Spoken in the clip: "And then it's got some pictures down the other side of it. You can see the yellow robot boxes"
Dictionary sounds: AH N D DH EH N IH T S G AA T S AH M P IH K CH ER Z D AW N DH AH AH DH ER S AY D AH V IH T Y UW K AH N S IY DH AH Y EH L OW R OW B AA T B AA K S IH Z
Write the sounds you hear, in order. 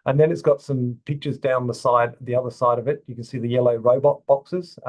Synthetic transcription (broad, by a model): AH N DH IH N IH T S G AA T S AH M P IH K CH ER Z D AW N DH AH AH DH ER S AY D AH V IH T Y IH K AH N S IY DH AH Y EH L OW R OW B AA T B AA K S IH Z